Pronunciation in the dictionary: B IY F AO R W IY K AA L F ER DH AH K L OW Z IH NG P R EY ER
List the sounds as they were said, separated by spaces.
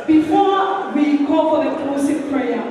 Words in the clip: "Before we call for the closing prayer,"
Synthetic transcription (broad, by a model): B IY F AO W IY K AA L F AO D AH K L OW S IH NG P R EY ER